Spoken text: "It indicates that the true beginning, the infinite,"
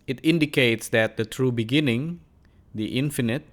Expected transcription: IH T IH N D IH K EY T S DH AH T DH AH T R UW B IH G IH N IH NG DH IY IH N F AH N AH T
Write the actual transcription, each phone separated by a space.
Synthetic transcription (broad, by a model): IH T IH N D IH K EY T S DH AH T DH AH T R UW B IH G IH N IH NG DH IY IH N F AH N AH T